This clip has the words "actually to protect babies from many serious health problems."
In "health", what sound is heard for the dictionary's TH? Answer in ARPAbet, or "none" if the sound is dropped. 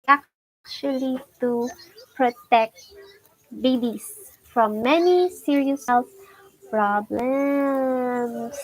S